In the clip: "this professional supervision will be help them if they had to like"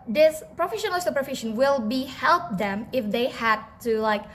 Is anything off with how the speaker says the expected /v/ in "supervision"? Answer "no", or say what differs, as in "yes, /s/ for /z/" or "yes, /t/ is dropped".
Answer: yes, /f/ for /v/